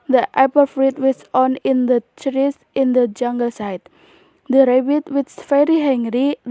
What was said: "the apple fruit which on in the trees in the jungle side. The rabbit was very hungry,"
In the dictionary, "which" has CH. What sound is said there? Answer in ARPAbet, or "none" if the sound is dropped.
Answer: S